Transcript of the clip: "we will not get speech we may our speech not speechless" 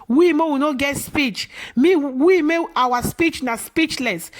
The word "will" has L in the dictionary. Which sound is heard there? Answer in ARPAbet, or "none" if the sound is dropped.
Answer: W